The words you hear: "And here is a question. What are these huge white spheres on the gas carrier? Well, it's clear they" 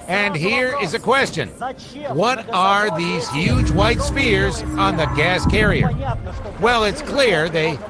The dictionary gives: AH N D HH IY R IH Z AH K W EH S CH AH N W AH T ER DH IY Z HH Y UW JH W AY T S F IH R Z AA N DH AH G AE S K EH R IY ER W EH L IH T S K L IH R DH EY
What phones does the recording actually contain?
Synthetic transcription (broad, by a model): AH N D HH IY R IH Z AH K W EH S CH AH N W AH T ER DH IY Z HH Y UW JH W AY T S P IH R Z N DH AH G AE S K EH R IY ER W EH L IH T S K L IH R DH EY